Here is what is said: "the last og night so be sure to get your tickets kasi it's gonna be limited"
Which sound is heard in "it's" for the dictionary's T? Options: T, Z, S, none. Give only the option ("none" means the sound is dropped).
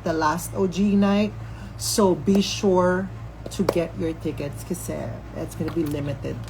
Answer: T